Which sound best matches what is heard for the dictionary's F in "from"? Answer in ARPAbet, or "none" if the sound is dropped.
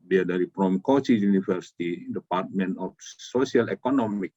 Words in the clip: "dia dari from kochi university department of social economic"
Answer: P